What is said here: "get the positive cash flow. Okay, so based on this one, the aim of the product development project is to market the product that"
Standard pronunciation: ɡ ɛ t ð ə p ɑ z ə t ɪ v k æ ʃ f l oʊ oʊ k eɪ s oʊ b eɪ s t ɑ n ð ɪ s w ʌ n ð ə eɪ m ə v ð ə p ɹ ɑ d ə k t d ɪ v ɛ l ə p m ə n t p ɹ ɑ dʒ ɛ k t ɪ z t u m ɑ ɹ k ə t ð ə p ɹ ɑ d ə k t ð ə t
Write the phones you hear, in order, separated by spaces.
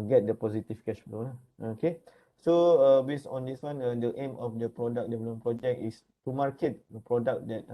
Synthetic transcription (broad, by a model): ɡ ɛ t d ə p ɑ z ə t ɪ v k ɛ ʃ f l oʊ oʊ k eɪ s oʊ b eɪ s ɑ n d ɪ s w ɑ n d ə eɪ m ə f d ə p ɹ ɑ d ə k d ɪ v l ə m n p ɹ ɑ dʒ ɛ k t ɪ s t u m ɑ ɹ k ə t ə p ɹ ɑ d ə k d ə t